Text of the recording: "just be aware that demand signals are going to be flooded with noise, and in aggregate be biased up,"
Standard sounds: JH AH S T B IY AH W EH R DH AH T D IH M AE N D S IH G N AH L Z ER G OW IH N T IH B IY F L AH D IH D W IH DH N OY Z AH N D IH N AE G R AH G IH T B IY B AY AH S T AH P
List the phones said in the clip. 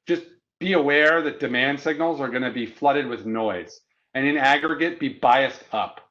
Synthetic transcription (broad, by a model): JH AH S B IY AH W EH R DH AH T D IH M AE N D S IH G N L Z ER G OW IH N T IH B IY F L AH D IH D W IH DH N OY Z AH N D IH N AE G R AH G IH T B IY B AY AH S T AH P